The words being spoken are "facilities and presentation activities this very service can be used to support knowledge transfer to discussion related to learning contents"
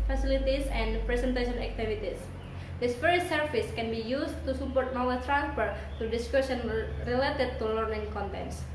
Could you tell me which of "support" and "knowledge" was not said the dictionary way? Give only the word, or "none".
knowledge